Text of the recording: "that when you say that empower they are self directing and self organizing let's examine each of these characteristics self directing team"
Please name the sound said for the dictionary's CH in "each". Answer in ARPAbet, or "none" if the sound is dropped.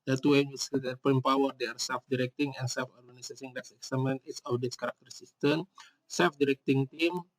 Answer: S